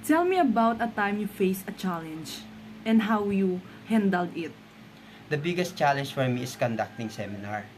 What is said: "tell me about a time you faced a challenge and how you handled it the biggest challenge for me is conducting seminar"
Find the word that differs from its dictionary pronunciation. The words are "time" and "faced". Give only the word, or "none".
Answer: faced